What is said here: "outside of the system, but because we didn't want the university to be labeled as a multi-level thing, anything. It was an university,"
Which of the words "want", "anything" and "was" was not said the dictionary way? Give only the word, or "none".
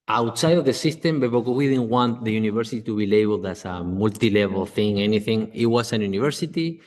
was